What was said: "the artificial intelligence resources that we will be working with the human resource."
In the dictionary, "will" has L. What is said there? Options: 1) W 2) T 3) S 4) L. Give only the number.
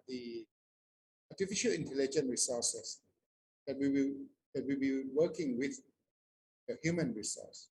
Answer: 1